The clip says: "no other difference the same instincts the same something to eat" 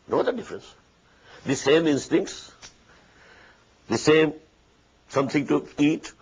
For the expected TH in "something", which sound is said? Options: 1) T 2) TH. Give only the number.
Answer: 1